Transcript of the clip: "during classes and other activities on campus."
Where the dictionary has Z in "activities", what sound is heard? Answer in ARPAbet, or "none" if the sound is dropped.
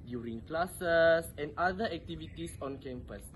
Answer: S